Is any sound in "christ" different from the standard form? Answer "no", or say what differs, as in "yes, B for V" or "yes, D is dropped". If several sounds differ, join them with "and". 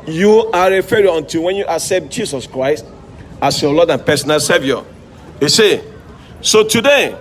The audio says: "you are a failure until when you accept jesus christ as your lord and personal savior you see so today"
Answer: no